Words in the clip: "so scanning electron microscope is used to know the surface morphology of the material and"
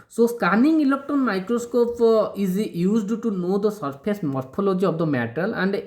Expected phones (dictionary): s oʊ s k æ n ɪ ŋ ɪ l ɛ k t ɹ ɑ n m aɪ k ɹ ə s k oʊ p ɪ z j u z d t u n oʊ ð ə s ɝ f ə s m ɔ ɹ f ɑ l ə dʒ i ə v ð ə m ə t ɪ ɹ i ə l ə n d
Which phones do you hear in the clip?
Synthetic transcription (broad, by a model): s oʊ s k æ n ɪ ŋ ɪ l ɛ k t ɑ n m aɪ k ɹ ə s k oʊ p ɪ z j u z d t u n oʊ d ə s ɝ p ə s m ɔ ɹ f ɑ l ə dʒ i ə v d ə m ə t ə l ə n d